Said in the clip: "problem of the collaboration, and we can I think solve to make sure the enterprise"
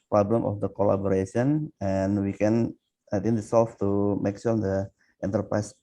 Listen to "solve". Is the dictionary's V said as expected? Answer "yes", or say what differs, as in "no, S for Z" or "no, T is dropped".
no, F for V